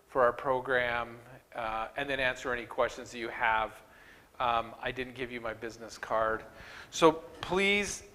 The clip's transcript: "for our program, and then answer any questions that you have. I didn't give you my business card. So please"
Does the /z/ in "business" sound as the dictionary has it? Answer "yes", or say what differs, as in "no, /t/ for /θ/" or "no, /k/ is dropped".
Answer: yes